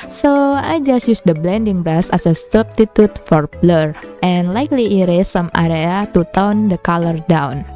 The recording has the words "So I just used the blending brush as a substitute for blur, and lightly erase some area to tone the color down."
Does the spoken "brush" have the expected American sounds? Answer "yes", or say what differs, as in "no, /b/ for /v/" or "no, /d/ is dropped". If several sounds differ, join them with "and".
no, /s/ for /ʃ/